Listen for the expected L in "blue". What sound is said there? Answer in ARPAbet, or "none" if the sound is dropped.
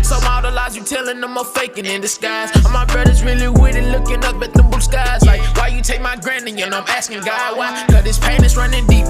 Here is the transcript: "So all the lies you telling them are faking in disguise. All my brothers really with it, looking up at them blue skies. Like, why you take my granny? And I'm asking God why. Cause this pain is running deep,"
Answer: none